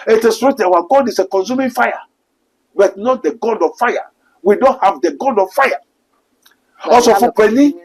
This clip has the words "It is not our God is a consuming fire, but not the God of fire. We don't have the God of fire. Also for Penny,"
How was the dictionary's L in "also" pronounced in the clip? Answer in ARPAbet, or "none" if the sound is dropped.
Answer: none